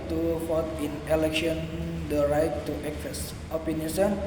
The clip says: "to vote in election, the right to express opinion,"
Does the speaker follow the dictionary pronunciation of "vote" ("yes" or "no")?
no